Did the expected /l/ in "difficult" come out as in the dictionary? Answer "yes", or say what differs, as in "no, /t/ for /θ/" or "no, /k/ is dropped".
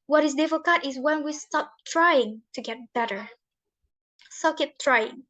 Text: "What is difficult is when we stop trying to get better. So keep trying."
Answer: no, /l/ is dropped